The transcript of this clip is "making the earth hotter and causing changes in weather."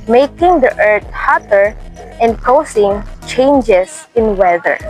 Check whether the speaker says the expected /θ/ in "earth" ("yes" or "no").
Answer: no